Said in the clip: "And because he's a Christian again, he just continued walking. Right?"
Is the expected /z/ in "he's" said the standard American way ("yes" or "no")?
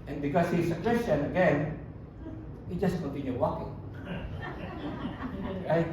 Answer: no